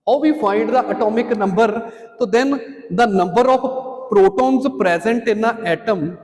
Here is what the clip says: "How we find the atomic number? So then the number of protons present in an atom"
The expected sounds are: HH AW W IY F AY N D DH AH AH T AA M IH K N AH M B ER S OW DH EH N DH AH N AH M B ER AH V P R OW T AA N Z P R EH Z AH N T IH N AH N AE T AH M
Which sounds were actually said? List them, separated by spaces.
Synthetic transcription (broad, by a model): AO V IY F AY N D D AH AH T AA M IH K N AH M B ER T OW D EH N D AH N AH M B ER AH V P R OW T AA N Z P R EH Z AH N T IH N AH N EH T AH M